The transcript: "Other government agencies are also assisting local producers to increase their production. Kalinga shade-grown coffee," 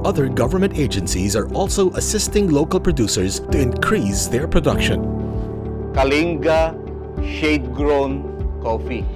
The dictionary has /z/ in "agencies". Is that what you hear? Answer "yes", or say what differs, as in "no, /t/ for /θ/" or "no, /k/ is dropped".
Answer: yes